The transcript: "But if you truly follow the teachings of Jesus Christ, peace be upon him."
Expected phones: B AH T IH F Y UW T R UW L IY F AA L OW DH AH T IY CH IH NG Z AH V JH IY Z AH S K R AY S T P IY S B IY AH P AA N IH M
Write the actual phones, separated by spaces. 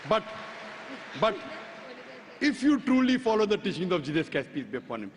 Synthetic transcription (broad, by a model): B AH T IH F Y UW T R UW L IY F AA L OW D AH T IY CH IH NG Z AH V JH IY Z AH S K EH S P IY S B AH P AA N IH M